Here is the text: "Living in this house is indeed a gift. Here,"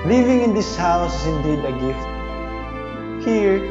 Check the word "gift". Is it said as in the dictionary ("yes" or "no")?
yes